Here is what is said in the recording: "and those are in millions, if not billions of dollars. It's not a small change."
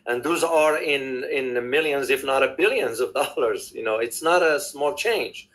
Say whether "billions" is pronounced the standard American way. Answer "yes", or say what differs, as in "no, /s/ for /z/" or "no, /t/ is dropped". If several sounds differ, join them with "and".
yes